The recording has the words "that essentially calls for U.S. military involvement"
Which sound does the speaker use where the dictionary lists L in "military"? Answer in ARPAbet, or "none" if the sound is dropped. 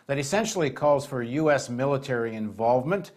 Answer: L